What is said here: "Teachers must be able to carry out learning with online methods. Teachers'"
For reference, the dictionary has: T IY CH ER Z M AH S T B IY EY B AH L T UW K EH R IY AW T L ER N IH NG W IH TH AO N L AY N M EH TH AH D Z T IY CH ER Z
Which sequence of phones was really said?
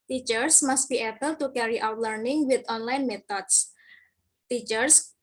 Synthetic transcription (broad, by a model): T IY CH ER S M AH S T B IY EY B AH L T UW K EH R IY AW T L ER N IH NG W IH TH AO N L AY N M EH T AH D S T IY CH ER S